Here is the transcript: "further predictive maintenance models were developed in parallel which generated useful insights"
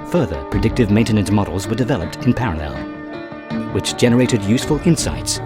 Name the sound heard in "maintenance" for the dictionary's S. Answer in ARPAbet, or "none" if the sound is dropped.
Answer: none